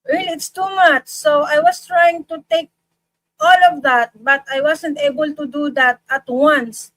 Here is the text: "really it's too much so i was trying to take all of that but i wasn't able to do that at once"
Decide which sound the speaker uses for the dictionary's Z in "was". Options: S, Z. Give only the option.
S